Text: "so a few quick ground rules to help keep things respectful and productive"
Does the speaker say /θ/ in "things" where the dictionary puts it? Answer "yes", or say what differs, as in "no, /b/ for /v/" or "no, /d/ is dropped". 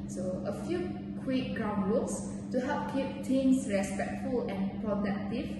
no, /t/ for /θ/